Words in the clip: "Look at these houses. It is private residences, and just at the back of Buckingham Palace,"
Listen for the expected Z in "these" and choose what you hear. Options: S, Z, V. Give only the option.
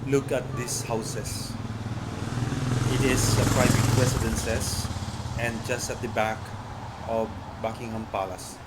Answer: S